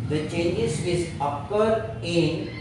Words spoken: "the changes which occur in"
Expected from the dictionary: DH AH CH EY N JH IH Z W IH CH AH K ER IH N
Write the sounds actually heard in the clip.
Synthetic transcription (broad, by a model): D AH CH EY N JH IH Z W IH S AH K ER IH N